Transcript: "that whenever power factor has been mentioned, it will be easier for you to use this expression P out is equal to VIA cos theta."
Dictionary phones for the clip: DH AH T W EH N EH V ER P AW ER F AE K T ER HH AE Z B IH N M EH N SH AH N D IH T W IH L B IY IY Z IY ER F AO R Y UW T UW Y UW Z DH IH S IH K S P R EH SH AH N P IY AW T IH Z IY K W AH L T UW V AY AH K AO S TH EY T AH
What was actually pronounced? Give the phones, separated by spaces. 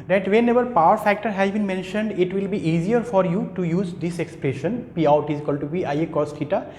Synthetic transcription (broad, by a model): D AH T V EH N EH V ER P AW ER F AE K T ER HH AE Z B IH N M EH N SH AH N D IH T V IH L B IY IY Z IY ER F AO R Y UW T UW Y UW Z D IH S IH K S P R EH SH AH N P IY AW T IH Z K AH L T UW P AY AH K AO S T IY T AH